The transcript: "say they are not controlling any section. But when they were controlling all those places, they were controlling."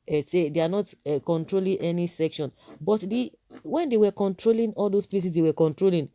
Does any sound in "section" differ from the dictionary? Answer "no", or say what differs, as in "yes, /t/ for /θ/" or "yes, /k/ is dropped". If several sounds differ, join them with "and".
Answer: no